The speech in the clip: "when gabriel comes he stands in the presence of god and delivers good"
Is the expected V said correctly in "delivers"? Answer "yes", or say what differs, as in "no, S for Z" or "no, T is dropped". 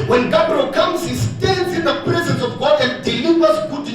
no, W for V